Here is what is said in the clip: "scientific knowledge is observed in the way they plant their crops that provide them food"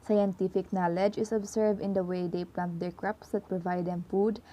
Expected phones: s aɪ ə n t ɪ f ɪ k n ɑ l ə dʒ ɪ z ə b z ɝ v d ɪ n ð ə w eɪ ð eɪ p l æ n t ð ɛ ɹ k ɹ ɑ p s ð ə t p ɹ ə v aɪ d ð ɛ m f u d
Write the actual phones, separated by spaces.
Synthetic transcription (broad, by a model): s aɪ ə n t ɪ f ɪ k n ɑ l ə dʒ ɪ s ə b s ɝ v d ɪ n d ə w eɪ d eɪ p l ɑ n t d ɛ ɹ k ɹ ɑ p s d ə t p ɹ ə v aɪ d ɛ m f u d